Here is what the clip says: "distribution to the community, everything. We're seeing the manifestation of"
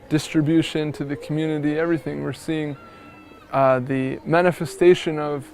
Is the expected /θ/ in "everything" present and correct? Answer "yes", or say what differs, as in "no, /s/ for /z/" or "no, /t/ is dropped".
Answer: yes